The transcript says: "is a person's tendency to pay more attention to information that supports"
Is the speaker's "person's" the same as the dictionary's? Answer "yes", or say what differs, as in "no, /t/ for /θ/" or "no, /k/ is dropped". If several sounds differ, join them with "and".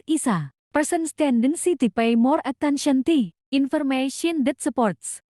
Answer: no, /s/ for /z/